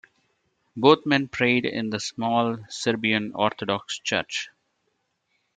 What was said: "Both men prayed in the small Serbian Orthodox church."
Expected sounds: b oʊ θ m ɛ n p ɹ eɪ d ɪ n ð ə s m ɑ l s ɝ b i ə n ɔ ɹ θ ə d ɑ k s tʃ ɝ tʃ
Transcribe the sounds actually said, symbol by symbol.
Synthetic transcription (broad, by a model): b oʊ t m ɛ n p ɹ eɪ d ɪ n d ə s m ɑ l s ɝ b i ə n ɔ ɹ t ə d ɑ k s tʃ ɝ tʃ